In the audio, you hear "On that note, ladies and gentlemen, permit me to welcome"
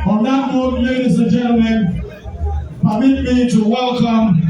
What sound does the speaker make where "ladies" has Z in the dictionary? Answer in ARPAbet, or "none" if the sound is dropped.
S